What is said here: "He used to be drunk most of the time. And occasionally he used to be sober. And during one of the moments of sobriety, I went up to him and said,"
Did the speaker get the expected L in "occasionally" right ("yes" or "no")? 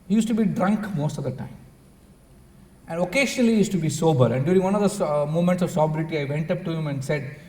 no